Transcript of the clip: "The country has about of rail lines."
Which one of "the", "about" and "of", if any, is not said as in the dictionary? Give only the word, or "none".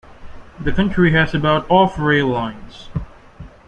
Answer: of